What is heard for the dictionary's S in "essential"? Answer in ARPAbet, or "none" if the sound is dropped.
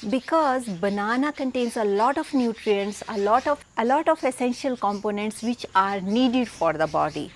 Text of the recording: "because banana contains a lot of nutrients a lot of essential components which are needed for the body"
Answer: S